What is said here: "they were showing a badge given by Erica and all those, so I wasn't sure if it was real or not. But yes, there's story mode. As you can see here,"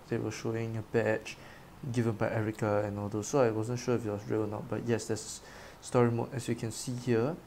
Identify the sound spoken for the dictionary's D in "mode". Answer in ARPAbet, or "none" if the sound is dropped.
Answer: none